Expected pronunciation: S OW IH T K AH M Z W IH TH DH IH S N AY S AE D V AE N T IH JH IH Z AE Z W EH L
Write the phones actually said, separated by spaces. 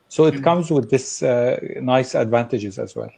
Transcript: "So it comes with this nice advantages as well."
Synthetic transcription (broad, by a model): S OW IH T K AH M Z W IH DH IH S N AY S AE D V AE N T IH JH IH Z AE Z W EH L